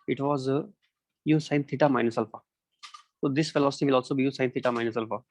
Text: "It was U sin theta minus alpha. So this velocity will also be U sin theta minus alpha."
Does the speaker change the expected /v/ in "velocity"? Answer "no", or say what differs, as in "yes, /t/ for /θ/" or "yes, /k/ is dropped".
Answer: yes, /f/ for /v/